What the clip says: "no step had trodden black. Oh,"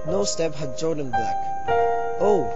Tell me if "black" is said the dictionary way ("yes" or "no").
no